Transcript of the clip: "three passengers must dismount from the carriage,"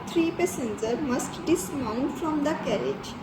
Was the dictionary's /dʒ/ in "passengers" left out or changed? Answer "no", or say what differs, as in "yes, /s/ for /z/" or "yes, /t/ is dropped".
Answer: yes, /z/ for /dʒ/